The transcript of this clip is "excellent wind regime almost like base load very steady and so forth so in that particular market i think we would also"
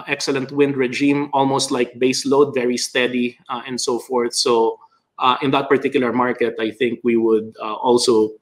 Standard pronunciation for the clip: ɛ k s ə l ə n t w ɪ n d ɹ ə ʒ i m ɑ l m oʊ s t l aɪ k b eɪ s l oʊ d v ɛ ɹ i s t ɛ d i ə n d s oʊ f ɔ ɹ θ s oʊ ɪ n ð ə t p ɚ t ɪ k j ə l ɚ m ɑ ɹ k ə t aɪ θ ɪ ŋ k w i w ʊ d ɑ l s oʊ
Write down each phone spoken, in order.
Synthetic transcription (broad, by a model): ɛ k s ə l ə n t w ɪ n d ɹ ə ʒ i m ɑ l m oʊ s t l aɪ k b eɪ s l oʊ d v ɛ ɹ i s t ɛ d i ə n d s oʊ f ɔ ɹ θ s oʊ ɪ n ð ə t p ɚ t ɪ k j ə l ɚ m ɑ ɹ k ə t aɪ θ ɪ ŋ k w i w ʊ d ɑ l s oʊ